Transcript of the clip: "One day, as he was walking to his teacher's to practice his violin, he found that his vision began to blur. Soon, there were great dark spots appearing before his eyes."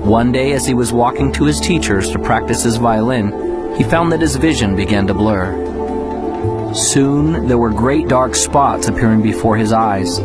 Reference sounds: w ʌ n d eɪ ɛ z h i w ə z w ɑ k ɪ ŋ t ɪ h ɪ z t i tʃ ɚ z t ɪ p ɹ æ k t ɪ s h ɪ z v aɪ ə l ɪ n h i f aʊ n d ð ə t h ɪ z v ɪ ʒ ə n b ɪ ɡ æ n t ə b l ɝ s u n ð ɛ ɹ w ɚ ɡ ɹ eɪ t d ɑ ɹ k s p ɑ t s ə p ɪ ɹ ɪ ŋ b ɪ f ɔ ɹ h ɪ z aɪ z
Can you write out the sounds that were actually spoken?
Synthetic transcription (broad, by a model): w ʌ n d eɪ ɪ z i w ə z w ɑ k ɪ ŋ t ɪ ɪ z t i tʃ ɚ z t ɪ p ɹ æ k t ɪ s h ɪ z v aɪ ə l ɪ n i f aʊ n ð ə t h ɪ z v ɪ ʒ ə n b ɪ ɡ æ n t ə b l ɝ s u n ð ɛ ɹ w ɚ ɡ ɹ eɪ t d ɑ ɹ k s p ɑ t s ə p ɪ ɹ ɪ ŋ b ɪ f ɔ ɹ ɪ z aɪ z